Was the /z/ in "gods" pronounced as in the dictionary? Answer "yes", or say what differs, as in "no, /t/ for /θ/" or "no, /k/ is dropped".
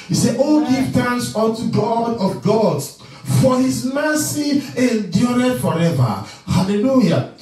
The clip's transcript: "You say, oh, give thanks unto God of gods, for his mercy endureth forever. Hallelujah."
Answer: no, /z/ is dropped